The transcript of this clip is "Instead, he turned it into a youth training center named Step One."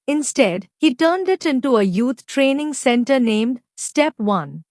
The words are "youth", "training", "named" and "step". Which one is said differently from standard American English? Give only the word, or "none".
youth